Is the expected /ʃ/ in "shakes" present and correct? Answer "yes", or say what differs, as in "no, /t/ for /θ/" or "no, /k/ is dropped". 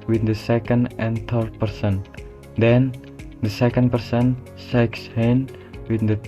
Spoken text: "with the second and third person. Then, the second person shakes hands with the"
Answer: no, /s/ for /ʃ/